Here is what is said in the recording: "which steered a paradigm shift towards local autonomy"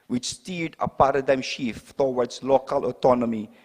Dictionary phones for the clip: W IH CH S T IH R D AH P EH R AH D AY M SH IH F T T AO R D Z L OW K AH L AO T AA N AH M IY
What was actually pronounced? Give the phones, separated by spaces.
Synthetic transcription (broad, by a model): W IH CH S T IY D AH P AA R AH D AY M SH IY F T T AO W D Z L OW K AH L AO T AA N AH M IY